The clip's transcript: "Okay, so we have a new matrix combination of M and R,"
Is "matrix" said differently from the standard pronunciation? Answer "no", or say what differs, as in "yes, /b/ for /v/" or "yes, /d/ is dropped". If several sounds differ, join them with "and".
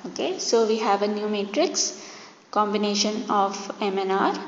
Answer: no